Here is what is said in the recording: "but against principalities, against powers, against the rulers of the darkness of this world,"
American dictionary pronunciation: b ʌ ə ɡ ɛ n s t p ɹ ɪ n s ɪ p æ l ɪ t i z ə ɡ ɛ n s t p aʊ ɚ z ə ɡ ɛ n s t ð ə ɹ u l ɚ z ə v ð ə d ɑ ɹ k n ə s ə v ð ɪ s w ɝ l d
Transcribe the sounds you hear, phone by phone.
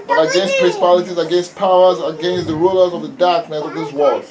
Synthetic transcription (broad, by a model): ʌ ə ɡ ɛ n s t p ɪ s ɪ p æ l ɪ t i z ə ɡ ɛ n s t p aʊ ɚ z ə ɡ ɛ n s t ð ə ɹ u l ɚ z ə v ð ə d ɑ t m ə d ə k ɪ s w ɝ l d